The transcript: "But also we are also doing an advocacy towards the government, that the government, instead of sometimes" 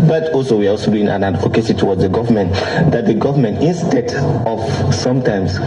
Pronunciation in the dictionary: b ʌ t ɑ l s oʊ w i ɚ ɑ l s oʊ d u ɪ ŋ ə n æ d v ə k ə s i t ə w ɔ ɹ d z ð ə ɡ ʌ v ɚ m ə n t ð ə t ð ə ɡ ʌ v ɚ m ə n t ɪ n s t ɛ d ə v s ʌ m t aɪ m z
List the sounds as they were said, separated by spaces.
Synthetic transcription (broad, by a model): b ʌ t ɑ l s oʊ w i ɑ ɑ l s oʊ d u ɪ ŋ ə n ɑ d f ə k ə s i t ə w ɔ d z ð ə ɡ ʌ v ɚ m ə n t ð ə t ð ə ɡ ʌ v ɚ m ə n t ɪ n s t ɛ d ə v s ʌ m t aɪ m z